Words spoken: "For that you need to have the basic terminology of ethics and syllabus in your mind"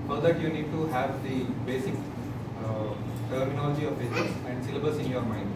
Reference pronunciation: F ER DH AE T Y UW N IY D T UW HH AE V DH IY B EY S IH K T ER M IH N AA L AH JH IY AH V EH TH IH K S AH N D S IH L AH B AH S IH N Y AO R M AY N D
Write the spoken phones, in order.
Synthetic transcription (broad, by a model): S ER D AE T Y UW N IY D T UW HH AE V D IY B EY S IH K T ER M IH N AA L AH JH IY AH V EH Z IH S AH N D S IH L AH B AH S IH N Y AO R M AY N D